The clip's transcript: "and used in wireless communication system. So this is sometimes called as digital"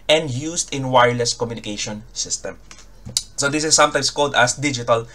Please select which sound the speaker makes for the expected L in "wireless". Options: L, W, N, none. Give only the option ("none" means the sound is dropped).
L